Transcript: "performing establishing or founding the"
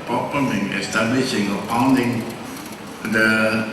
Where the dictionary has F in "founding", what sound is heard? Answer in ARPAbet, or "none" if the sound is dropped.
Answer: P